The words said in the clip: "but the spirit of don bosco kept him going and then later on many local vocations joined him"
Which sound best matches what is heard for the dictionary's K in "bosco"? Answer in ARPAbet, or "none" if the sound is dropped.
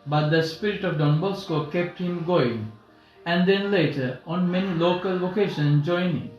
K